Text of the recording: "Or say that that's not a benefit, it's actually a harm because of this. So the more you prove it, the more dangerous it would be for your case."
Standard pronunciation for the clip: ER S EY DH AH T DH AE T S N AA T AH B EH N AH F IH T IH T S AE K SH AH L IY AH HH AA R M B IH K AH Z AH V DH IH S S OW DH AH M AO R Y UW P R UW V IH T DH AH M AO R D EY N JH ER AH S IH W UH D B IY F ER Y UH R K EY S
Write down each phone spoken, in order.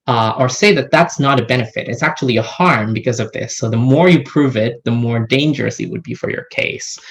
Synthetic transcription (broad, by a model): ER S EY DH AH T DH AE T S N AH T AH B EH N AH F IH T IH T S AE K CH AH L IY AH HH AA R M B IH K AH Z AH V DH IH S S OW DH AH M AO R Y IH P R UW V IH T DH AH M AO R D EY N JH ER AH S IH W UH D B IY F ER Y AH R K EY S